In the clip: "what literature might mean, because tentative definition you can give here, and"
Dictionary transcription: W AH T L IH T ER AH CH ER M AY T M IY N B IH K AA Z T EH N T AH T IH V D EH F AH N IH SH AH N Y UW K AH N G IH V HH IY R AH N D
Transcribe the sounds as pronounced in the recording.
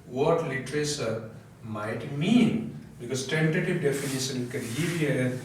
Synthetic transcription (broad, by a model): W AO T L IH T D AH S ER M AY T M IY N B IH K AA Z T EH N T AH T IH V D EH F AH N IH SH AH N K AH N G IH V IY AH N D